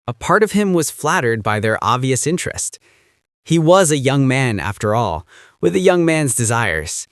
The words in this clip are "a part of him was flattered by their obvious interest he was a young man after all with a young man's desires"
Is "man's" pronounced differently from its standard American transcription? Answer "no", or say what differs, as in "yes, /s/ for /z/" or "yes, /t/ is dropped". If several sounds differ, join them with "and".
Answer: no